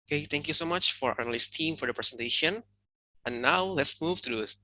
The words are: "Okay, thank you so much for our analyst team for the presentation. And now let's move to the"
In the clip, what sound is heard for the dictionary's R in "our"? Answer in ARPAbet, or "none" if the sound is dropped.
R